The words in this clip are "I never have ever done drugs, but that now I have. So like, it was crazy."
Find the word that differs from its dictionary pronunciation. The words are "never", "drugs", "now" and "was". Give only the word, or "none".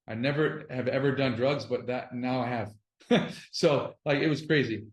none